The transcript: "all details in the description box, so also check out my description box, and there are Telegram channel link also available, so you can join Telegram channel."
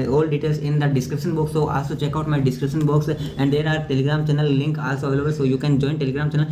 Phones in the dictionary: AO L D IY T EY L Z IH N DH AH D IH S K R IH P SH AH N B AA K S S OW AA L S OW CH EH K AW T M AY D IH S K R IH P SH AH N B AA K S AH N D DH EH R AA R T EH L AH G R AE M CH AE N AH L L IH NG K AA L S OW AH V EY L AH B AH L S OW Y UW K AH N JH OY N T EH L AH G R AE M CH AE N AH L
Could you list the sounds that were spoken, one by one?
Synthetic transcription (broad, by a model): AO L D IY T EY L S IH N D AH D IH S K R IH P SH AH N B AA K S S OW AA L S OW CH EH K AW T M AY D IH S K R IH P SH AH N B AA K S AH N D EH R AA R T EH L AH G R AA M CH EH N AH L L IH NG K AA L S OW AH V EY L AH B AH L S OW Y UW K AH N JH OY N T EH L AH G R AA M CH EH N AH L